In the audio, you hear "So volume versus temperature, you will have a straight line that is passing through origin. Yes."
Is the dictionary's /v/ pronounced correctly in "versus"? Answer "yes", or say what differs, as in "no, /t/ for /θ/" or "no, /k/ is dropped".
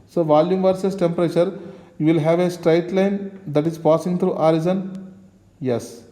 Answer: yes